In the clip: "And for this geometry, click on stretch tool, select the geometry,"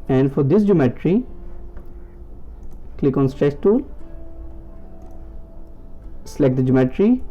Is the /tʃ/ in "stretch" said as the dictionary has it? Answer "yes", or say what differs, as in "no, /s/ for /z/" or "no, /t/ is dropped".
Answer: no, /s/ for /tʃ/